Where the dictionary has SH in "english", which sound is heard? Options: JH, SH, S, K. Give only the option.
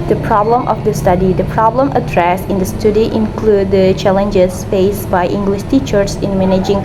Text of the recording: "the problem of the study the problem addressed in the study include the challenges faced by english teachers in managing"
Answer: SH